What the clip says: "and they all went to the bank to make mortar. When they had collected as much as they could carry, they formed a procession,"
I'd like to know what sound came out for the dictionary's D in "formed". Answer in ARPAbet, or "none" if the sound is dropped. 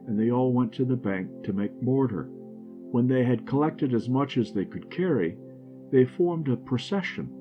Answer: D